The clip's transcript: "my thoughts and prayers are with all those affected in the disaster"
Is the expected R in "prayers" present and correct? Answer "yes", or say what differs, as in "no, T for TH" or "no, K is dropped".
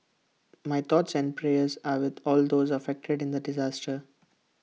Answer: yes